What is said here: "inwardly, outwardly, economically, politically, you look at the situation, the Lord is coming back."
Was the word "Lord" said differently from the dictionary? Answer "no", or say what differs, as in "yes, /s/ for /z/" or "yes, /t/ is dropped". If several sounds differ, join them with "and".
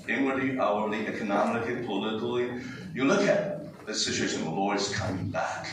yes, /w/ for /ɹ/